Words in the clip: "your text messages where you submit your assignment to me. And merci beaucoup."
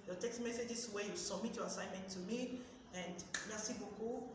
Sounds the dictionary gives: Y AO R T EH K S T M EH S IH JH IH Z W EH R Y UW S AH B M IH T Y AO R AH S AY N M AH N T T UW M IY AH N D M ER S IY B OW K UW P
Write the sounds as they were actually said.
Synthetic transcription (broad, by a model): Y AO T EH K S T M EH S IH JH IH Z W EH Y UW S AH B M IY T Y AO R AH S AY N M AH N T T UW M IY AH N D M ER S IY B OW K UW